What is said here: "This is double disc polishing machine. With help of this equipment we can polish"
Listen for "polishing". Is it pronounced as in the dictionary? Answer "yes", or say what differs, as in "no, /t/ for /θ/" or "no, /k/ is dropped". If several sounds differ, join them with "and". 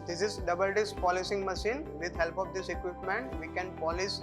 no, /s/ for /ʃ/